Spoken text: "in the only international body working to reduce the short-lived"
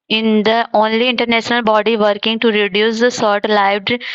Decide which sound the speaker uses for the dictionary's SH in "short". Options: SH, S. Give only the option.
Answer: S